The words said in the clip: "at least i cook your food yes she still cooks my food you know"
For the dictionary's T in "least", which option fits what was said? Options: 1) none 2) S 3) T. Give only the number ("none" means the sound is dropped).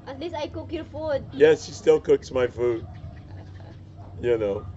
1